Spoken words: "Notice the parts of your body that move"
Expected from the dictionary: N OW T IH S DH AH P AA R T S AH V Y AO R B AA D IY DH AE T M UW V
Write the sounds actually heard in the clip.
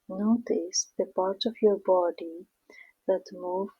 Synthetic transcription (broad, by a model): N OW T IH S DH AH P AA R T AH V Y AO R B AA D IY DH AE T M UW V